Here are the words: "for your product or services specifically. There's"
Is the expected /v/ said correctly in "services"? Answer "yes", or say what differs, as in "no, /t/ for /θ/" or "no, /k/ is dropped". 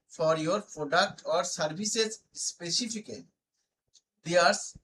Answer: no, /b/ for /v/